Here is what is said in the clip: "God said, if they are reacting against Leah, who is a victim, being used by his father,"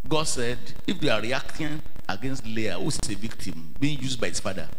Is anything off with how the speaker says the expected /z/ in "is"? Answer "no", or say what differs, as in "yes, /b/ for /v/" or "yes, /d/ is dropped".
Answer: yes, /s/ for /z/